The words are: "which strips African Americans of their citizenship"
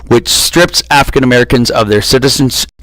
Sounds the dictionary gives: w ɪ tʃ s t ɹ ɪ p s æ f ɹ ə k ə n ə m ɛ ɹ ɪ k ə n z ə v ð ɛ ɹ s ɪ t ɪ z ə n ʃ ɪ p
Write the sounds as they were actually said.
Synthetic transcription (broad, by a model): w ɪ tʃ s t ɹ ɪ p s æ f ɹ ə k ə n ə m ɛ ɹ ɪ k ə n z ə v ð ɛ ɹ s ɪ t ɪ z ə n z